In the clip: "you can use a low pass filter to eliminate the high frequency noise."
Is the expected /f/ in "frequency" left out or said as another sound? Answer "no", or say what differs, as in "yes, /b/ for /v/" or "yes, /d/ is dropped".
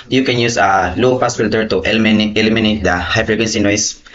yes, /p/ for /f/